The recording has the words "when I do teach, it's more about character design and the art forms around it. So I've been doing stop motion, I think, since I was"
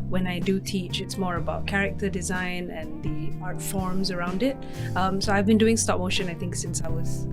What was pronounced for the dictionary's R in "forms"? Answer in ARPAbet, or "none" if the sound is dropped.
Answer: R